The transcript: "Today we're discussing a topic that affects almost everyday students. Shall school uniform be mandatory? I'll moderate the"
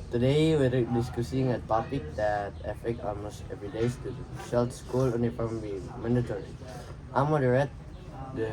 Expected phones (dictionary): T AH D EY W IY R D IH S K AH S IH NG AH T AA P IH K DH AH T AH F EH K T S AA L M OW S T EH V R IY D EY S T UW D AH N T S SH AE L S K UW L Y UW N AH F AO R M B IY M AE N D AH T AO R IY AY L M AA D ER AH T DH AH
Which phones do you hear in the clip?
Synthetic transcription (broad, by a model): T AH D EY W IY R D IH S K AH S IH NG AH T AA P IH K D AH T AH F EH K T AA L M OW S T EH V R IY D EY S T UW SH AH L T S S K UW L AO N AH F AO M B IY M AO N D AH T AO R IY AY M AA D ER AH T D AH